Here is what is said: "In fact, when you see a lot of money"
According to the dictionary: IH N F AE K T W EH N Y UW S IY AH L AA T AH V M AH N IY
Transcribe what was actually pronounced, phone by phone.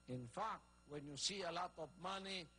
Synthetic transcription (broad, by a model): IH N F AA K W EH N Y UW S IY AH L AA T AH P M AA N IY